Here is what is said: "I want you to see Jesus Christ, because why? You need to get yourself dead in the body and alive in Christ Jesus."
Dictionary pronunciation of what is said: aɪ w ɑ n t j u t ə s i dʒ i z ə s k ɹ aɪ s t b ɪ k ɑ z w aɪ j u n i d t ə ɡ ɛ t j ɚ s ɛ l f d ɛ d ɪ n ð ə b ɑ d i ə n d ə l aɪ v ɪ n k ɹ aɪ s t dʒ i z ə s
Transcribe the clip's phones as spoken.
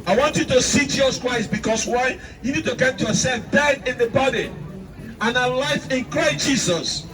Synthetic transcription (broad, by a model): aɪ w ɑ n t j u t ə s i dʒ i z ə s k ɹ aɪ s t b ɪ k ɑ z w aɪ j u n i d t ə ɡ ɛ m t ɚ s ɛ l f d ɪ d ɪ n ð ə b ɑ d i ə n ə l aɪ f ɪ n k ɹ aɪ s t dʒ i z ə s